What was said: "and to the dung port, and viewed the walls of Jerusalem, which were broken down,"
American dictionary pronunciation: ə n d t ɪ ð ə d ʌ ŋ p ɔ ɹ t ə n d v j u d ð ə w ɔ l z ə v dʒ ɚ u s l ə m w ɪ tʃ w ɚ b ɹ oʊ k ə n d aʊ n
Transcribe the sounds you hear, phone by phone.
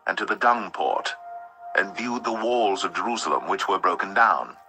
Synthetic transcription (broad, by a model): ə n t ɪ ð ə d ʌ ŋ p ɔ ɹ t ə n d v j u d ð ə w ɔ l z ə v dʒ ɚ u s l ə m w ɪ tʃ w ɚ b ɹ oʊ k ə n d aʊ n